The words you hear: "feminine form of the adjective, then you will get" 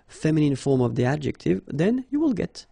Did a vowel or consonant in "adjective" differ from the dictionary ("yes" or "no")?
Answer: no